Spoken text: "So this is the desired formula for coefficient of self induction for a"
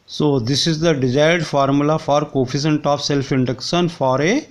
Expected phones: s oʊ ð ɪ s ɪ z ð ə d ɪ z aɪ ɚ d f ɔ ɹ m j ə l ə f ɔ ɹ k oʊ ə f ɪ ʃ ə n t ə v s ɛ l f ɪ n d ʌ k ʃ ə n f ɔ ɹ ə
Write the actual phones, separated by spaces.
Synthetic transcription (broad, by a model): s oʊ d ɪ s ɪ z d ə d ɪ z aɪ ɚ d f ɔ ɹ m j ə l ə f ɔ ɹ k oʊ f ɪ s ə n t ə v s ɛ l f ɪ n d ʌ k ʃ ə n f ɔ ɹ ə